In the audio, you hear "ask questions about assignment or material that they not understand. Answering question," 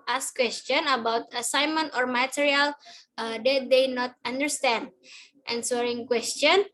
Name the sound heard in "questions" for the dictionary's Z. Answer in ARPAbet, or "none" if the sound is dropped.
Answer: none